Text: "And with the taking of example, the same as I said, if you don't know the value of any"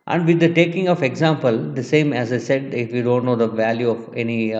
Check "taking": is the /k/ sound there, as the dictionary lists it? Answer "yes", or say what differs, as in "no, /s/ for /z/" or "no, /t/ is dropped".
yes